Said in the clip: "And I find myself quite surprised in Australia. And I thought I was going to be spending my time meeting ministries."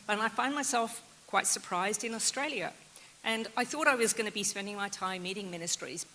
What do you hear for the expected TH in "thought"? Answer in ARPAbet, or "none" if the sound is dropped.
TH